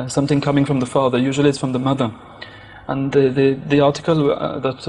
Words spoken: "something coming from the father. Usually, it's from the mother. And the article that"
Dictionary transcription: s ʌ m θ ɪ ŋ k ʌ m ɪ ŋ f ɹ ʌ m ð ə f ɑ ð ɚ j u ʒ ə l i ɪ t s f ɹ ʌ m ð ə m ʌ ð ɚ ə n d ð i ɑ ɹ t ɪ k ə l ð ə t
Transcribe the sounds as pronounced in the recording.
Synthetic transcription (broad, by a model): s ʌ m θ ɪ ŋ k ʌ m ɪ ŋ f ɹ ʌ m ð ə f ɑ ð ɚ j u ʒ ə l i ɪ t s f ɹ ʌ m ð ə m ʌ ð ɚ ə n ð ð i ɑ ɹ t ɪ k ə l ð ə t